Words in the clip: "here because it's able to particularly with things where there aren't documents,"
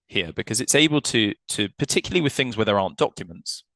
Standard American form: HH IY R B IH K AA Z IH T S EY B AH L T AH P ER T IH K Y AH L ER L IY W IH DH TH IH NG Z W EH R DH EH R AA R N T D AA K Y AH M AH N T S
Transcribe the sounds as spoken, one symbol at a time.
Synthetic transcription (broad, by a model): HH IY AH B IH K AA Z IH T S EY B AH L T AH P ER T IH K Y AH L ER L IY W IH DH TH IH NG Z W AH DH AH R AA N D AA K Y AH M AH N T S